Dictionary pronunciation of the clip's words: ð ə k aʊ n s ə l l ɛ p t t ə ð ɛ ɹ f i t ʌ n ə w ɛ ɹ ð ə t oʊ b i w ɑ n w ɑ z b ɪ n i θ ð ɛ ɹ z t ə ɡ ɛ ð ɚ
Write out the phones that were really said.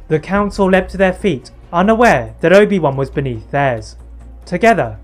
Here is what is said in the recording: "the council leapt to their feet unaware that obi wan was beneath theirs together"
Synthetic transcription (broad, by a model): ð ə k aʊ n s ə l l ɛ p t t ə ð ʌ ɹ f i t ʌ n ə w ɛ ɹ ð ə t oʊ b i w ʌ n w ɑ z b ɪ n i θ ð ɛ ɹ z t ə ɡ ɛ ð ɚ